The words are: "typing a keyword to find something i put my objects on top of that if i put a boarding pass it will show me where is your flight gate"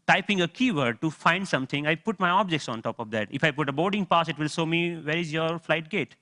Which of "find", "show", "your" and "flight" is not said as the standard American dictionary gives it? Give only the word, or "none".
show